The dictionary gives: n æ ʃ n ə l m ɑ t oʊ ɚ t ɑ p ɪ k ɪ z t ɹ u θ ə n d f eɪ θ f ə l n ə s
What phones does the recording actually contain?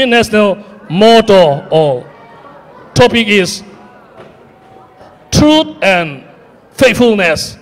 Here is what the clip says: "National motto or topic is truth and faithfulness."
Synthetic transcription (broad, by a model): n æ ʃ n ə l m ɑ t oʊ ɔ t ɑ p ɪ k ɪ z t ɹ u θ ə n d f eɪ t f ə l n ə s